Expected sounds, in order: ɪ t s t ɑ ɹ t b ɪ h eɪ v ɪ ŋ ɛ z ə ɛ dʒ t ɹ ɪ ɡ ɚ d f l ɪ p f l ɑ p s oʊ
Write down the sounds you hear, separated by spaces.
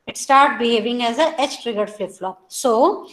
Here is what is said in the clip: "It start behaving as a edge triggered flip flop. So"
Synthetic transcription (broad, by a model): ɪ t s t ɑ ɹ t b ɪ h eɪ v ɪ ŋ ɛ z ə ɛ tʃ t ɹ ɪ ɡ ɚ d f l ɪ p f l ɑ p s oʊ